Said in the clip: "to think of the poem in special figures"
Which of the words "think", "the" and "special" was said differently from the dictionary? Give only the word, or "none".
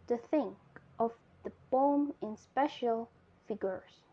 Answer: none